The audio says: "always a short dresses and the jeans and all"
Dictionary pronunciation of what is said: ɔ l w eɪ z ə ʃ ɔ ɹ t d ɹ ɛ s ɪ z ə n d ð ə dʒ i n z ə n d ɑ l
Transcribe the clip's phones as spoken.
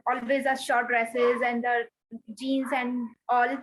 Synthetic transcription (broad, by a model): ɔ l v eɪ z ə ʃ ɔ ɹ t d ɹ ɛ s ɪ z ə n d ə dʒ i n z ə n d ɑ l